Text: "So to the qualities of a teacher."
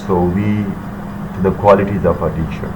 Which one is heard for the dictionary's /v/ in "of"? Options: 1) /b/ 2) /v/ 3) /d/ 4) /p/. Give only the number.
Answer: 4